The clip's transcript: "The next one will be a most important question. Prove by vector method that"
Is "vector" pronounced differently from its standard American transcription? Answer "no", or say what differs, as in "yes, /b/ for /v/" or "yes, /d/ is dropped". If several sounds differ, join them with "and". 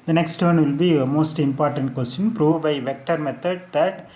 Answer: no